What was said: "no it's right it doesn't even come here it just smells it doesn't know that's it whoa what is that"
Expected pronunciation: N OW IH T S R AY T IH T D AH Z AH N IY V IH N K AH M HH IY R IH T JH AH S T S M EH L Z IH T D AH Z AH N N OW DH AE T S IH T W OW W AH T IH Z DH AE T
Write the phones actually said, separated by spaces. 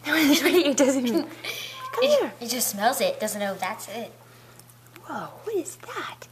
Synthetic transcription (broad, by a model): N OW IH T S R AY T IH T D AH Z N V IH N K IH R IH T JH AH S T S M EH L Z IH T D AH Z AH N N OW DH AE T S IH T W OW W AH T IH Z DH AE T